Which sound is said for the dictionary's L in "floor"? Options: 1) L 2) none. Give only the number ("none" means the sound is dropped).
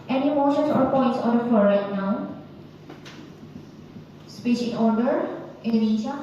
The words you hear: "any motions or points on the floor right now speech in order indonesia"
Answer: 2